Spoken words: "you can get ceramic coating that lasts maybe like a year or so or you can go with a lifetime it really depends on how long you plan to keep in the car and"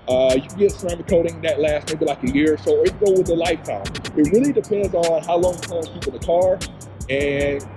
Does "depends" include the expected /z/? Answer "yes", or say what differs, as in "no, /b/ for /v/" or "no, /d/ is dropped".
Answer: yes